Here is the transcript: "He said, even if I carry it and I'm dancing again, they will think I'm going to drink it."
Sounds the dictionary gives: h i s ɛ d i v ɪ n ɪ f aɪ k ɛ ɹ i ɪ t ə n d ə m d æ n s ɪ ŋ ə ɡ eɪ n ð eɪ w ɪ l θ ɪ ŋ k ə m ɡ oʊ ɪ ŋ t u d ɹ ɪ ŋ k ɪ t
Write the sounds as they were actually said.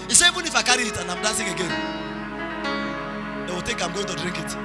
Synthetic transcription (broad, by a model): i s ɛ i v ɪ n ɪ f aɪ k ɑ ɹ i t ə n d ə m d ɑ n s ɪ ŋ ə ɡ eɪ n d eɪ w ɪ l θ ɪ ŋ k ə m ɡ oʊ ɪ ŋ t u d ɹ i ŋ k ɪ t